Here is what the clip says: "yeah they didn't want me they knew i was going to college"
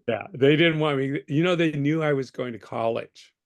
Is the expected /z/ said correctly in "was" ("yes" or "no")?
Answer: yes